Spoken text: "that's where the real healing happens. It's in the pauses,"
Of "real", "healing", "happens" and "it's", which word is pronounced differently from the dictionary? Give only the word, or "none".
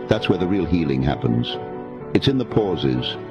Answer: none